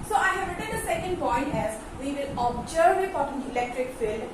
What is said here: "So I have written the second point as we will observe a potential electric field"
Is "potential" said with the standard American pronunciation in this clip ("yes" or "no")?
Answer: no